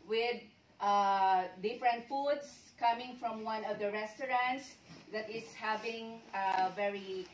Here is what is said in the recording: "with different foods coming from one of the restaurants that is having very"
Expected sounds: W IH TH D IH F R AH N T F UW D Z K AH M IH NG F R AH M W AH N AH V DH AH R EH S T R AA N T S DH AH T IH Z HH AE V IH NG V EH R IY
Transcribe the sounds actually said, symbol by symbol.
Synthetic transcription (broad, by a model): W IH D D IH F R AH N T F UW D S K AH M IH NG F R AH M W AH N AH V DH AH R EH S T R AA N T S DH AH T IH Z HH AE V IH NG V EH R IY